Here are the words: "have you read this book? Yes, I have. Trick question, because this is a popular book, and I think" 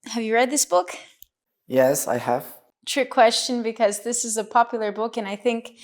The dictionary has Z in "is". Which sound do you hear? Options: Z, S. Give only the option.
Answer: Z